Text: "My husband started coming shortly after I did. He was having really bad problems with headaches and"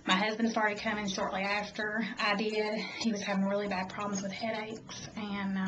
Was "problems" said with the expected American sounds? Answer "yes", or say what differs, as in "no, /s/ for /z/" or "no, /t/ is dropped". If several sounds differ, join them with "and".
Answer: yes